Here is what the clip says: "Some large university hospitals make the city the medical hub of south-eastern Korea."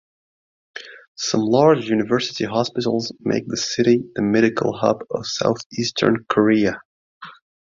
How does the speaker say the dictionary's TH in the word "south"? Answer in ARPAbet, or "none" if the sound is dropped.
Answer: TH